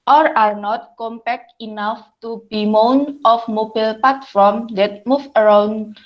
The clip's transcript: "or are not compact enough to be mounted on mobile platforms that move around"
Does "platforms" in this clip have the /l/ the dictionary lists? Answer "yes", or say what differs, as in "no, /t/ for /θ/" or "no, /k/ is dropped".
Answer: no, /l/ is dropped